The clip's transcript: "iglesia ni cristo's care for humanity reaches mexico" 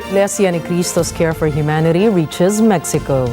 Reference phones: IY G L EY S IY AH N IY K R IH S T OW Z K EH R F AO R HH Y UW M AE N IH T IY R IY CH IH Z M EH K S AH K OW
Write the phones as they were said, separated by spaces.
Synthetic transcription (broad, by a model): L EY S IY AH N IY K R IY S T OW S K EH R F AO R HH Y UW M AE N IH T IY R IY CH IH Z M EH K S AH K OW